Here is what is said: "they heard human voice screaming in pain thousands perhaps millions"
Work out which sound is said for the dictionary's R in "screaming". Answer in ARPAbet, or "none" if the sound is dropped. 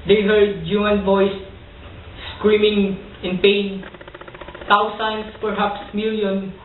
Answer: R